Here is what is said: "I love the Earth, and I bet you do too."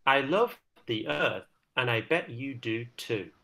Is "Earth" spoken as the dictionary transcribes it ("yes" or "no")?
yes